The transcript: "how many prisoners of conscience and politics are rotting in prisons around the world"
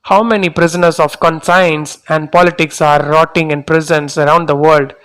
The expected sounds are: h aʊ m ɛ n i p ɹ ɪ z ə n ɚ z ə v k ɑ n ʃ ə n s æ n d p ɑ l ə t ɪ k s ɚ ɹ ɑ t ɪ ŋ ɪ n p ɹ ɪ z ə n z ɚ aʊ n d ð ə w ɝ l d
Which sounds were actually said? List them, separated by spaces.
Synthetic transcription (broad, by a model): h aʊ m ɛ n i p ɹ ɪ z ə n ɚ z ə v k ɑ n s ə n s æ n d p ɑ l ə t ɪ k s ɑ ɹ ɑ t ɪ ŋ ɪ n p ɹ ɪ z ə n s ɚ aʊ n d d ə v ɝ l d